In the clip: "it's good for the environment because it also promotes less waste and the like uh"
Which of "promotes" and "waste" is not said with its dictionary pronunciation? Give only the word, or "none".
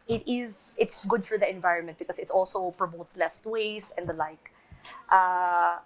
waste